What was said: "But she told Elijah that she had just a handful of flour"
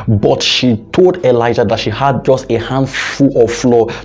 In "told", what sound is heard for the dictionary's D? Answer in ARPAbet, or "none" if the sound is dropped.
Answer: D